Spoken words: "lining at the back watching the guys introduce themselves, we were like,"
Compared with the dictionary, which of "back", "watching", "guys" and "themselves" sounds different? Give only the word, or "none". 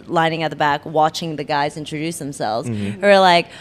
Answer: none